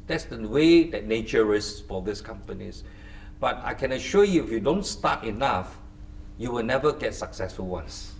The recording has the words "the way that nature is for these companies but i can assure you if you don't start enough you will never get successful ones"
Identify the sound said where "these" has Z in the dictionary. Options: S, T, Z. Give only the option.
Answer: S